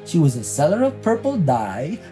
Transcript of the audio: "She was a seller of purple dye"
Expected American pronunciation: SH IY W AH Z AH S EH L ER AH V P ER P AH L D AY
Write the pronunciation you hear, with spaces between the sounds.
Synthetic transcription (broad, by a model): SH IY W AH Z AH S EH L ER AH V P ER P L D AY